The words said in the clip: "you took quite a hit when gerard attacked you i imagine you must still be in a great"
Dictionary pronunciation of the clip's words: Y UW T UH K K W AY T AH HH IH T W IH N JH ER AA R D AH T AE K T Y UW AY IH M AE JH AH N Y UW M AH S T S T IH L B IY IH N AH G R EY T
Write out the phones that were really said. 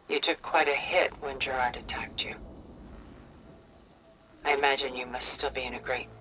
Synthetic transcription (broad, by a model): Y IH T UH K K W AY T AH HH IH T W IH N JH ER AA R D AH T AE K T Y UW AY IH M AE JH AH N Y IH M AH S T S T IH L B IY IH N AH G R EY T